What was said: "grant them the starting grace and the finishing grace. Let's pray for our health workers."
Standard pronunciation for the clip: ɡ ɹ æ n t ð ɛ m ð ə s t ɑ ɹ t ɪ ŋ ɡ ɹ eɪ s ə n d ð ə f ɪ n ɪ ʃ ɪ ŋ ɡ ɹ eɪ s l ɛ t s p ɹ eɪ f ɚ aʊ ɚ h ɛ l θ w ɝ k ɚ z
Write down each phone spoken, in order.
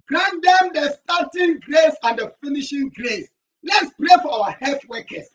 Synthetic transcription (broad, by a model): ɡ ɹ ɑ n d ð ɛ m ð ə s t ɑ t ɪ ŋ ɡ ɹ eɪ s ə n d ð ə f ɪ n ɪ ʃ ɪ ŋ ɡ ɹ eɪ s l ɛ t s p ɹ eɪ f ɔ aʊ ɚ h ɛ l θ w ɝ k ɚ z